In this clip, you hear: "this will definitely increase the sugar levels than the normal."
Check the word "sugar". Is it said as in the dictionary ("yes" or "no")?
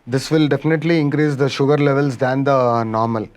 yes